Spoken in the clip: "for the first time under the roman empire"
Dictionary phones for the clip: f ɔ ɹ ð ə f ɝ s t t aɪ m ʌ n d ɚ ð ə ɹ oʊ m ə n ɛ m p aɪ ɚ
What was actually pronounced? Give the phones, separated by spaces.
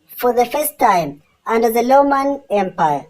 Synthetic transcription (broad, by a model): f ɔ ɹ ð ə f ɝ s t t aɪ m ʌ n d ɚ ð ə l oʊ m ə n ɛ m p aɪ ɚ